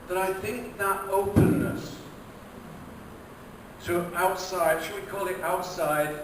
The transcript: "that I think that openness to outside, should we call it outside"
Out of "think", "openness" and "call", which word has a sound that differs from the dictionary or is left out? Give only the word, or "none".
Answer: none